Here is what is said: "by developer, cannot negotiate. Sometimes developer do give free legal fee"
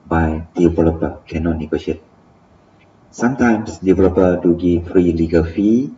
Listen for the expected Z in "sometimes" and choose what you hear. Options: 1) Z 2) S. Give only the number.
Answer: 2